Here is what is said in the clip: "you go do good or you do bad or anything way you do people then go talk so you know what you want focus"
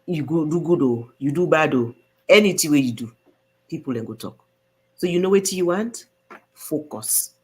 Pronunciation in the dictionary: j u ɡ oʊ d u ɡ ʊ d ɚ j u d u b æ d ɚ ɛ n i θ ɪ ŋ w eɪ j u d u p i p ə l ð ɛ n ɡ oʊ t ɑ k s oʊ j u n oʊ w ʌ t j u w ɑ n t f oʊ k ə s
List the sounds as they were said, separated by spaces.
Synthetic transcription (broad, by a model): j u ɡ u d u ɡ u d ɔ j u d u b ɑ d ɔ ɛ n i t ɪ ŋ w eɪ j u d u p i p ə l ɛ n ɡ oʊ t ɑ k s oʊ j u n oʊ w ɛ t j u w ɑ n t f oʊ k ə s